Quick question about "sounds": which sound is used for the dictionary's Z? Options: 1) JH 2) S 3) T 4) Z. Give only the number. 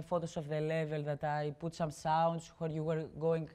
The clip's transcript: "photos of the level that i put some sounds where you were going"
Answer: 2